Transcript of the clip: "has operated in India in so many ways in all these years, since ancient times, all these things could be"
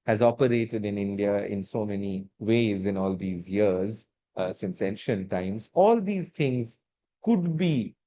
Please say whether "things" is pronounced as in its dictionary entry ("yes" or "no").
no